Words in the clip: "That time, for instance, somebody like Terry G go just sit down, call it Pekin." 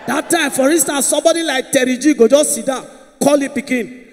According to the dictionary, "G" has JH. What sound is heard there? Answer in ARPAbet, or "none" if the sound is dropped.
JH